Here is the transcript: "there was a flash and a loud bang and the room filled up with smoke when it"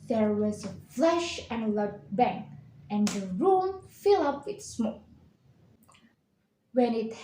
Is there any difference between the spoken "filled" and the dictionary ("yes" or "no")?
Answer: yes